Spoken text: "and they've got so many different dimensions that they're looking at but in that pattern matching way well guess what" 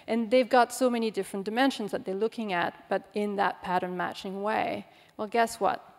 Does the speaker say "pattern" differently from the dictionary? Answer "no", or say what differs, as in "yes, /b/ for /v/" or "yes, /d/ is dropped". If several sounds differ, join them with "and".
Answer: no